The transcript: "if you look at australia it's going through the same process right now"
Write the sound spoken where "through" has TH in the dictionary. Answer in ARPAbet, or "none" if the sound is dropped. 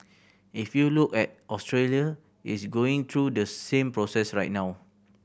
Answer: T